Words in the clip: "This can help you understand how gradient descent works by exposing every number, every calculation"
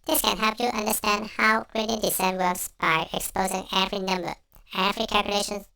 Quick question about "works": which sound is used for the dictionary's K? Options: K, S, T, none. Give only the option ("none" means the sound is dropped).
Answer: none